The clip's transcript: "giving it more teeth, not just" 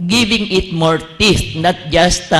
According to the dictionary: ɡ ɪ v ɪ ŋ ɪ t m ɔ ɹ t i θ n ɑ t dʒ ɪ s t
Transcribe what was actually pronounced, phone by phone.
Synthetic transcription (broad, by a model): ɡ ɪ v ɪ ŋ ɪ t m ɔ ɹ t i t n ɑ t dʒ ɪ s t